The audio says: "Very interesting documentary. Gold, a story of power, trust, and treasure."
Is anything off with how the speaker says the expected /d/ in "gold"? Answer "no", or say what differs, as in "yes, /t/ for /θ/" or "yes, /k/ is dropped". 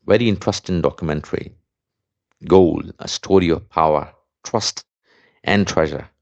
yes, /d/ is dropped